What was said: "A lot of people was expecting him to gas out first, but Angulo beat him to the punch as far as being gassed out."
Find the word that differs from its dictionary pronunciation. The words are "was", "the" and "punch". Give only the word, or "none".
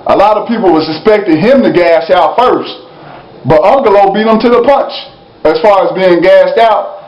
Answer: was